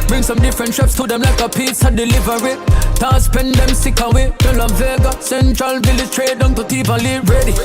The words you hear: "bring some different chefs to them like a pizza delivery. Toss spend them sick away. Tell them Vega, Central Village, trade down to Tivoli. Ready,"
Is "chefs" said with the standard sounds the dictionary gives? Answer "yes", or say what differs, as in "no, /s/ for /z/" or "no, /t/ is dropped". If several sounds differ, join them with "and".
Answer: no, /p/ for /f/